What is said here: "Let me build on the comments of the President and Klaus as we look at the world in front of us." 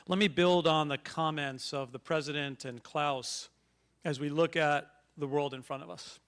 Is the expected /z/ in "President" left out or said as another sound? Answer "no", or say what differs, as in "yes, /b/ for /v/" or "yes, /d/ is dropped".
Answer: no